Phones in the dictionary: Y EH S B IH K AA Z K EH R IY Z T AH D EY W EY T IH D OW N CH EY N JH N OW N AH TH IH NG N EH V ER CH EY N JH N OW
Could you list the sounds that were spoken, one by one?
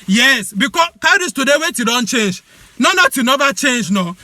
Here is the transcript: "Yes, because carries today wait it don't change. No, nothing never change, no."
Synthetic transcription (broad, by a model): Y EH S B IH K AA K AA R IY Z T AH D EY W EY T IH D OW N CH EY N JH N OW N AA T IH N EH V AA CH EY N JH N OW